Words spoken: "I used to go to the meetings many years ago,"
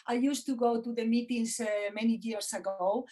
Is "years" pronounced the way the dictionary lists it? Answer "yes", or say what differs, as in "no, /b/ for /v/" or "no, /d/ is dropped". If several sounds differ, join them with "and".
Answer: no, /s/ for /z/